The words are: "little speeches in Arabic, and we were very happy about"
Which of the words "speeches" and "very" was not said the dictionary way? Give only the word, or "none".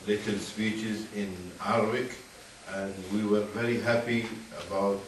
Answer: none